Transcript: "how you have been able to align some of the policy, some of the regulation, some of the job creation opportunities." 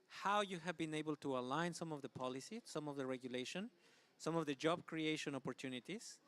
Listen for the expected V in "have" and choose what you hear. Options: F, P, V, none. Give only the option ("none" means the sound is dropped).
V